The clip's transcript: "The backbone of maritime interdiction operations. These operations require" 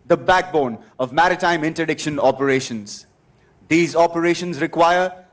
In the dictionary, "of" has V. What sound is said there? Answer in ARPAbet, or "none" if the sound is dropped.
V